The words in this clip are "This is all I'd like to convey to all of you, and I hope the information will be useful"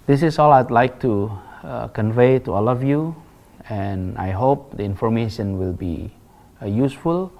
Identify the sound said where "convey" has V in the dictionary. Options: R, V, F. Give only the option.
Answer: V